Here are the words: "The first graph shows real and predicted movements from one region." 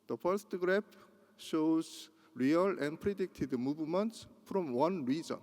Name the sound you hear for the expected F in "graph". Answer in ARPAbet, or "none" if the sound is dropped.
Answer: P